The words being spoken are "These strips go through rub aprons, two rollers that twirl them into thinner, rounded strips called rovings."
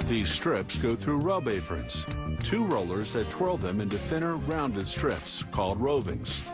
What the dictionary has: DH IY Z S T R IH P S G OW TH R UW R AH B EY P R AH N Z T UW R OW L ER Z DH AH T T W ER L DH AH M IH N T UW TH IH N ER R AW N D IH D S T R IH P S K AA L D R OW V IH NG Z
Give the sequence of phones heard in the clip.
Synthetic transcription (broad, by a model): DH IY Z S T R IH P S G OW TH R UW R AH B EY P R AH N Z T UW R OW L ER Z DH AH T T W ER L DH AH M IH N T UW TH IH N ER R AW N D IH D S T R IH P S K AA L D R OW V IH NG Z